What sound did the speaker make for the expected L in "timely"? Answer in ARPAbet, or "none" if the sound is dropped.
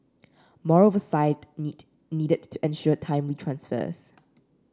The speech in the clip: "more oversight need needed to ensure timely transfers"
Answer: W